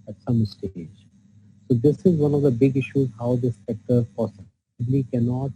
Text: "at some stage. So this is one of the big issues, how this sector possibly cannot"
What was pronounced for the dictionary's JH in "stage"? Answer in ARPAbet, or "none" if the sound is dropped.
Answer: JH